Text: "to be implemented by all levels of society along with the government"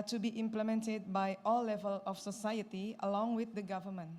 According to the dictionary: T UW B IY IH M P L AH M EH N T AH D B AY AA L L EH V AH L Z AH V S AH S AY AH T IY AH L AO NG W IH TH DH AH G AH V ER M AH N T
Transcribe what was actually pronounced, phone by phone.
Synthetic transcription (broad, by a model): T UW B IY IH M P L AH M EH N T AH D B AY AA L L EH V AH L AH F S AH S AY AH T IY AH L AO NG W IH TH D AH G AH V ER M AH N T